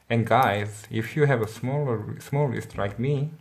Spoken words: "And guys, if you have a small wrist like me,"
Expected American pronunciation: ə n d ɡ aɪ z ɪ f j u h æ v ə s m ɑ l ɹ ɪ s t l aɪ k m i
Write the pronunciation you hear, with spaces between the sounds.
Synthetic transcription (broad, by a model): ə n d ɡ aɪ z ɪ f j u h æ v ə s m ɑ l l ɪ s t l aɪ k m i